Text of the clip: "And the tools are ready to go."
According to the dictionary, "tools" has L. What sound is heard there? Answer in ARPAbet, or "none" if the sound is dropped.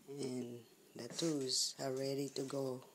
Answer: none